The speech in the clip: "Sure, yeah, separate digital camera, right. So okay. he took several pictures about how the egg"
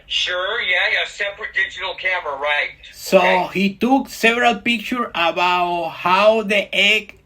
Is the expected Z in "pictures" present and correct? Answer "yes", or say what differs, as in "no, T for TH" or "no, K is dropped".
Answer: no, Z is dropped